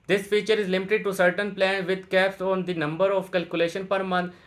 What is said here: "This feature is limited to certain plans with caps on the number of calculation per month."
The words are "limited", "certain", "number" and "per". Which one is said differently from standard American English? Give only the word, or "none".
none